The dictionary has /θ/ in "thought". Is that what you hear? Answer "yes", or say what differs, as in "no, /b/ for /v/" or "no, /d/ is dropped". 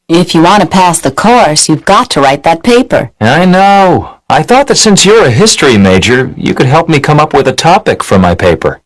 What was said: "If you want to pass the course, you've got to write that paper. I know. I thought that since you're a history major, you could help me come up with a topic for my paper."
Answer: yes